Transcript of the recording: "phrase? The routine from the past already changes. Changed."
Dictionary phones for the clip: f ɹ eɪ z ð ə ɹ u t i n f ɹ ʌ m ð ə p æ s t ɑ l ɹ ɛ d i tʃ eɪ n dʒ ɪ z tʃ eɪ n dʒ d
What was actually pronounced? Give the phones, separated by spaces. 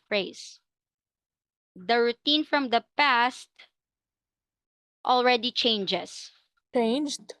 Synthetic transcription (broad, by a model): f ɹ eɪ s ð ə ɹ u t i n f ɹ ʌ m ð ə p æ s t ɑ l ɹ ɛ d i tʃ eɪ n dʒ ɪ s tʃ eɪ n dʒ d